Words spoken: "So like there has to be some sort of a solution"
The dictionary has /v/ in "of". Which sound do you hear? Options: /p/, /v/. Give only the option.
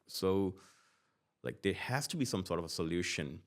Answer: /v/